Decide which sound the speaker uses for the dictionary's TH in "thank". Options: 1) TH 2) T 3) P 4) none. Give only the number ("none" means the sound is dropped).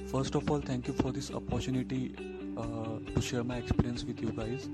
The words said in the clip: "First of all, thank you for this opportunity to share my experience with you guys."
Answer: 2